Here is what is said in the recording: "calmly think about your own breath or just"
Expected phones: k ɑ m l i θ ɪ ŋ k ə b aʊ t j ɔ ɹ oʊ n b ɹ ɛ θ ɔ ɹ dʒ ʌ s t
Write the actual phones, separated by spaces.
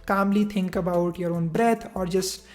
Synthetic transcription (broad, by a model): k ɑ m l i t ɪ ŋ k ə b aʊ t j ɔ ɹ oʊ n b ɹ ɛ t ɔ ɹ dʒ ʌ s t